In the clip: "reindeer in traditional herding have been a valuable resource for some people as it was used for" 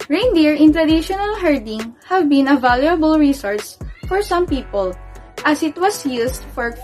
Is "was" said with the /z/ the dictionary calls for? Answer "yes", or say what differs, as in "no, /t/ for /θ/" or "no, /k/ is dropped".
no, /s/ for /z/